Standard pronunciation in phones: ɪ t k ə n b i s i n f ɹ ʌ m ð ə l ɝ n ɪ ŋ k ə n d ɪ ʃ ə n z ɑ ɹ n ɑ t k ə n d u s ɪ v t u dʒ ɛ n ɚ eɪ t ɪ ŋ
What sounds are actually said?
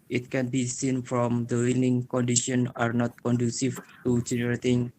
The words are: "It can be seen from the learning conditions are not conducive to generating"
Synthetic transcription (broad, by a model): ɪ t k ə n b i s i n f ɹ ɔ m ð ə w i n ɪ ŋ k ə n d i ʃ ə n ɑ ɹ n ɑ t k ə n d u s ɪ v t u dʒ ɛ n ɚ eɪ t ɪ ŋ